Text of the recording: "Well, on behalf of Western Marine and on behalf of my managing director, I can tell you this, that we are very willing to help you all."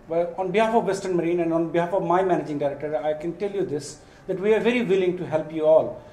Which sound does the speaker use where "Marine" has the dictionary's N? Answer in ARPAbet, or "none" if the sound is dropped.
N